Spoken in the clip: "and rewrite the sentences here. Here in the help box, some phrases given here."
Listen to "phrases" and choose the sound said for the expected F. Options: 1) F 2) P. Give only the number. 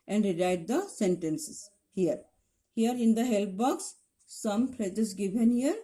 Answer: 2